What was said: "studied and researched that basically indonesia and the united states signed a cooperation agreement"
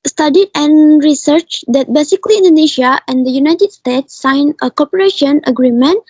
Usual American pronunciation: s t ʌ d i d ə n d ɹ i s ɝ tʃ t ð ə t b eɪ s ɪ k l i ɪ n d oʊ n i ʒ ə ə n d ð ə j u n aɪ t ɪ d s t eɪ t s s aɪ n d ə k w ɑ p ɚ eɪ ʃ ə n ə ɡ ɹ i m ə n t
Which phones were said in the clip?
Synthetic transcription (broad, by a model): s t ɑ d i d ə n ɹ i s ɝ tʃ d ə t b eɪ s ɪ k l i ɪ n d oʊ n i ʃ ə ə n d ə j u n aɪ t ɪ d s t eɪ t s s aɪ n ə k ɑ p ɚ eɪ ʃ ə n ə ɡ ɹ i m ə n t